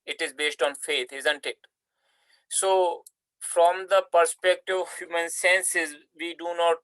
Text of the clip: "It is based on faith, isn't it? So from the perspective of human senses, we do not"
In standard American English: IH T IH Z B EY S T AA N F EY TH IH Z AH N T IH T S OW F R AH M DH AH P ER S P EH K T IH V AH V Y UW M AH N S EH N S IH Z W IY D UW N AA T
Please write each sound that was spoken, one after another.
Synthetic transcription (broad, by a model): IH T IH Z B EY S T AA N F EY T IH Z AH N T IH T S OW F R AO M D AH P ER S P EH K T IH V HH Y UW M AH N S EH N S IH Z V IY D UW N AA T